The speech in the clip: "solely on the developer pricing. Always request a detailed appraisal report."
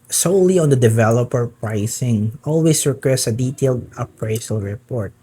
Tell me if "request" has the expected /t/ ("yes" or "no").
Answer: no